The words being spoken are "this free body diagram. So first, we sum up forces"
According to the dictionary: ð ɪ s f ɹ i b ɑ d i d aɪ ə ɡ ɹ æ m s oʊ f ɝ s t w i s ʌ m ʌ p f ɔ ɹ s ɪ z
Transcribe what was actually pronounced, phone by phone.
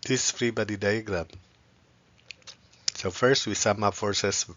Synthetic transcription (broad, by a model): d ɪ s f ɹ i b ɑ d i d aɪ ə ɡ ɹ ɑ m s oʊ f ɝ s t w i s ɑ m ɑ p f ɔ ɹ s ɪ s